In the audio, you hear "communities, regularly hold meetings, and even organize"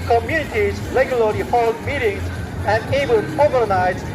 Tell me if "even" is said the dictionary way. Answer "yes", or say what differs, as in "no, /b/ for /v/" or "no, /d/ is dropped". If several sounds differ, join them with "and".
no, /b/ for /v/ and /l/ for /n/